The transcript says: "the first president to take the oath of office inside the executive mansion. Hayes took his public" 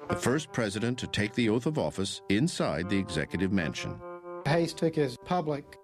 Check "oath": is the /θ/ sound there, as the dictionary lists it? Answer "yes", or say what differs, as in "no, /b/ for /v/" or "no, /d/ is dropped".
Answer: yes